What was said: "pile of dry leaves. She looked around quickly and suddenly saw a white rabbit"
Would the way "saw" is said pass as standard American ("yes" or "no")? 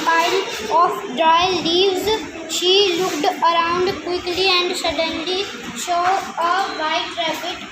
no